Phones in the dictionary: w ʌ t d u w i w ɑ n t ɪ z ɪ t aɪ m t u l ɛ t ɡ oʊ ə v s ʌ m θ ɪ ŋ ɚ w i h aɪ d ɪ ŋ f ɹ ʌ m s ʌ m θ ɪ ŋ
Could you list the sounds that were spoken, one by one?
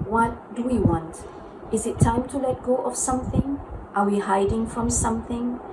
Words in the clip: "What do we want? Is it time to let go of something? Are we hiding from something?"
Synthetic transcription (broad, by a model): w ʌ t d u w i w ɑ n t ɪ z ɪ t aɪ m t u l ɛ t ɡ oʊ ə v s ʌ m θ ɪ ŋ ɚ w i h aɪ d ɪ ŋ f ɹ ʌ m s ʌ m θ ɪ ŋ